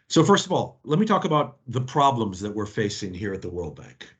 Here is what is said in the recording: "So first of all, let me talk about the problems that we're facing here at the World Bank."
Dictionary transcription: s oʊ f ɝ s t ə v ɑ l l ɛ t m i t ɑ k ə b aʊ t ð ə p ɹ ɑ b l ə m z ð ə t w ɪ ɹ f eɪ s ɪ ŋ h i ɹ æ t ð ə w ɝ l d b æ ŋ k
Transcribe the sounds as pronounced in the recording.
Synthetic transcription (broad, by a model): s oʊ f ɝ s t ə v ɑ l l ɛ t m i t ɑ k ə b aʊ t ð ə p ɹ ɑ b l ə m z ð ə t w ɪ ɹ f eɪ s ɪ ŋ h i ɹ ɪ t ð ə w ɝ l d b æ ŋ k